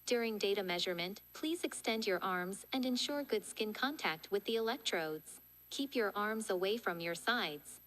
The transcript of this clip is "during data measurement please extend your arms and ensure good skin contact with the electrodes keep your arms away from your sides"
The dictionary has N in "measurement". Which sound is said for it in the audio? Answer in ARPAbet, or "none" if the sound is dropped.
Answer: N